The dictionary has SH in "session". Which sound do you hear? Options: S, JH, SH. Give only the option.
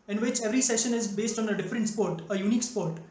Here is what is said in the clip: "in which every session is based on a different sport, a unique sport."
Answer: SH